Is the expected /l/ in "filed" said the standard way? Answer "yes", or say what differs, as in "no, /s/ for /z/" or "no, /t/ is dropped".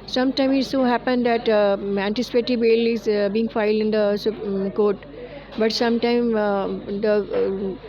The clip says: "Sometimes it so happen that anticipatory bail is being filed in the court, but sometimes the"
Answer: yes